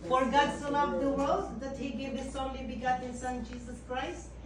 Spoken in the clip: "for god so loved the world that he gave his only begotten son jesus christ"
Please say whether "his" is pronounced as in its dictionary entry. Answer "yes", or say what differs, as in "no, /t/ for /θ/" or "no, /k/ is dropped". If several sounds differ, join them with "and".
no, /s/ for /z/